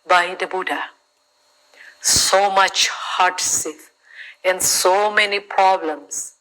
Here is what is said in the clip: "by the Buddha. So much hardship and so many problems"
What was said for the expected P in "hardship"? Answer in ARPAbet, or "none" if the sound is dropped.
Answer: F